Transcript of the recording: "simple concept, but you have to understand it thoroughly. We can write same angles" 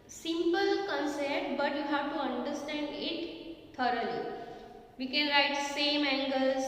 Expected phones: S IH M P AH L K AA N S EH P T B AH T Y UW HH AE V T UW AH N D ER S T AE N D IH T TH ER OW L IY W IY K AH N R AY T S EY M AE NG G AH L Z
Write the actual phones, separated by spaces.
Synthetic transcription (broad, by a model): S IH M P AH L K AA N S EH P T B AH T Y UW HH AE V T UW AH N D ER S T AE N D IH T T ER OW L IY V IY K AH N R AY T S EY M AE NG G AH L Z